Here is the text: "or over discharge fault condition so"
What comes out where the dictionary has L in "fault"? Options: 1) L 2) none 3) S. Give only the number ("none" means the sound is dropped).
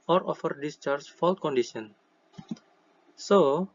1